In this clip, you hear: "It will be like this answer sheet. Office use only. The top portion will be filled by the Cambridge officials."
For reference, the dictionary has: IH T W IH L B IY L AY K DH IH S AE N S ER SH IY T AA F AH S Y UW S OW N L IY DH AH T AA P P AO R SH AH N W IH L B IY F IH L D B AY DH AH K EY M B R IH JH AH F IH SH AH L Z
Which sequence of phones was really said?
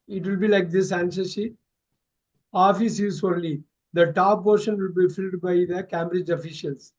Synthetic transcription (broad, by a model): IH T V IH L B IY L AY K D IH S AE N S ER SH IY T AA F AH S Y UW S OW L L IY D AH T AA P P AO R SH AH N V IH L B IY F IH L D B AY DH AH K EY M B R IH JH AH F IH SH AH L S